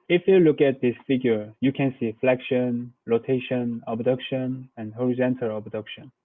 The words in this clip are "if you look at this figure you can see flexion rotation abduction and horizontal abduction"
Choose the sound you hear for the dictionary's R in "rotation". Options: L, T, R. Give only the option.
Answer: L